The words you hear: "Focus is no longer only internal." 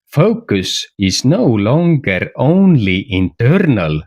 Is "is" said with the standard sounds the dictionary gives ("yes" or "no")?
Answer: no